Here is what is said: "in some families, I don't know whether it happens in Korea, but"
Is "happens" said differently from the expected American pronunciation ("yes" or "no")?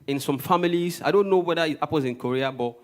yes